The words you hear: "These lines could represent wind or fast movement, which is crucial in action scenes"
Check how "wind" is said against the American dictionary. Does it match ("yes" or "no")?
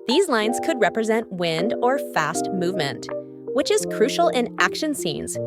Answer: yes